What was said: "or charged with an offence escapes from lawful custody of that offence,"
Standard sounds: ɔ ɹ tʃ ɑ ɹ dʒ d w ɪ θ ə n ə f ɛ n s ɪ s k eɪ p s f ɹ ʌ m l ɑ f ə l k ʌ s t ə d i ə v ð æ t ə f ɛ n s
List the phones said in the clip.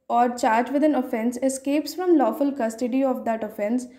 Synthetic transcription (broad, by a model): ɔ ɹ tʃ ɑ ɹ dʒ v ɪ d ə n ə f ɛ n s ɪ s k eɪ p s f ɹ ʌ m l ɑ f ə l k ʌ s t ə d i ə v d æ t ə f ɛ n s